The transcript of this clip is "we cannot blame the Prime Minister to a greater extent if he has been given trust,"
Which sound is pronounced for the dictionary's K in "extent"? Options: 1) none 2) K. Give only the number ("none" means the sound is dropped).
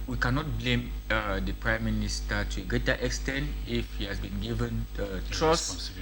2